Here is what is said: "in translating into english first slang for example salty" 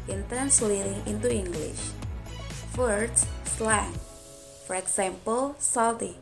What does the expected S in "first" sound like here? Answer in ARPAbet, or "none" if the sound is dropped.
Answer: none